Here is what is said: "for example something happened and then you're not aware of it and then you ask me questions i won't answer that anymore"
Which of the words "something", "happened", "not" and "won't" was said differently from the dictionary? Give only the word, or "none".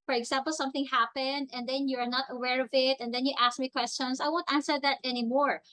none